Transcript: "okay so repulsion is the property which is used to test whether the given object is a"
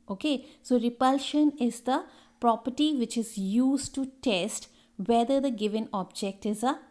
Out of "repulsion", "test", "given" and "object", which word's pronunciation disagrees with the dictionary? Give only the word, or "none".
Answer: none